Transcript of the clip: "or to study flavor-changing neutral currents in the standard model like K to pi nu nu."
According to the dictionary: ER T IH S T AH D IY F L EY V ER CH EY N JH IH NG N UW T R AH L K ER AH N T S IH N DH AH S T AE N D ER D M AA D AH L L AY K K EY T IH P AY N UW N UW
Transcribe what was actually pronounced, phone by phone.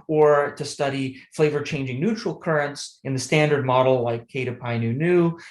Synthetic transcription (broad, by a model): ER T IH S T AH D IY F L EY V ER CH EY N JH IH NG N UW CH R L K ER AH N T S IH N DH AH S T AE N D ER D M AA D L L AY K K EY T IH P AY N UW N UW